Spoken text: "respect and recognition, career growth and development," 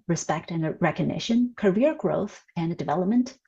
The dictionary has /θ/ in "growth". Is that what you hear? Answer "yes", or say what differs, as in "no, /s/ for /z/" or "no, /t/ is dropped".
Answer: yes